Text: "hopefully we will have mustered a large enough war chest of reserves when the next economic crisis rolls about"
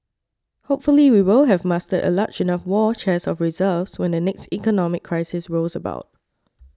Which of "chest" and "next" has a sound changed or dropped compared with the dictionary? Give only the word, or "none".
chest